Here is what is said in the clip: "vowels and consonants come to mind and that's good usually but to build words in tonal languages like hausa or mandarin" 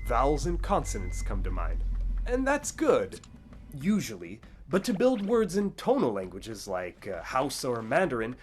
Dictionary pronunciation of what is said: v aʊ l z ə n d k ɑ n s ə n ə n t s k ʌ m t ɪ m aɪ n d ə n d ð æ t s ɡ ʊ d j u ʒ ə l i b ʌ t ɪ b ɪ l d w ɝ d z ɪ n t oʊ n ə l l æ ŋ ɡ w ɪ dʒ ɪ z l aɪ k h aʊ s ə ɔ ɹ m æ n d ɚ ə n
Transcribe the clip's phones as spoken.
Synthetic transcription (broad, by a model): v aʊ l z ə n k ɑ n s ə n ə n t s k ʌ m t ɪ m aɪ n d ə n ð æ t s ɡ ʊ d j u ʒ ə l i b ʌ t ɪ b ɪ l d w ɝ d z ɪ n t oʊ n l l æ ŋ ɡ w ɪ dʒ ɪ z l aɪ k h aʊ s ə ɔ ɹ m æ n d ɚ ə n